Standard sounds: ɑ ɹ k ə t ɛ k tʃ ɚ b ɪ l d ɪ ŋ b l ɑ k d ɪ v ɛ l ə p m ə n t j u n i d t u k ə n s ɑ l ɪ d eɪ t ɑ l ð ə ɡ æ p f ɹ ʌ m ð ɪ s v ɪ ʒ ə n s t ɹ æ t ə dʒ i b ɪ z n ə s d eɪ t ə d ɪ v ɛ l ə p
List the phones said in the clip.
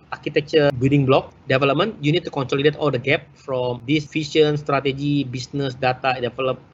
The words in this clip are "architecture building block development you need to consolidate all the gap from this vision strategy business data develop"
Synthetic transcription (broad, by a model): ɑ ɹ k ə t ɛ k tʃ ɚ b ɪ l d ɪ ŋ b l ɑ k d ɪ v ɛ l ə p m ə n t j u n i d t u k ə n s ɑ l ɪ d eɪ t ɑ l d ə ɡ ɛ p f ɹ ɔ m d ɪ s f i ʃ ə n s t ɹ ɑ t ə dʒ i b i s n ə s d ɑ t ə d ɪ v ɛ l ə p